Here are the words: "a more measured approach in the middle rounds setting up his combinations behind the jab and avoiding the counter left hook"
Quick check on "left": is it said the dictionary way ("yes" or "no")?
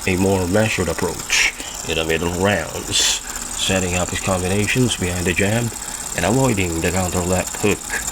no